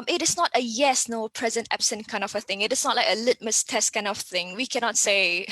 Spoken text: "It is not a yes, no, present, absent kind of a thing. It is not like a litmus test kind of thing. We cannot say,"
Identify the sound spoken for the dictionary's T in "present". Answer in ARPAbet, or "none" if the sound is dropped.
T